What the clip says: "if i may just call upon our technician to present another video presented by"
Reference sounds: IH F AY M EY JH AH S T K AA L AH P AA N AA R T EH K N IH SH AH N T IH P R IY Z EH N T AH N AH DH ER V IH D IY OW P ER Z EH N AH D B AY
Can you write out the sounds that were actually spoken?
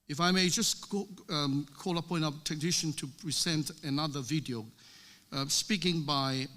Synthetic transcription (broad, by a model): IH F AY M EY JH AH S K AA L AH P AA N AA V T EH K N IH SH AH N T IH P R IY Z EH N T AH N AH DH ER V IH D IY OW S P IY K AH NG B AY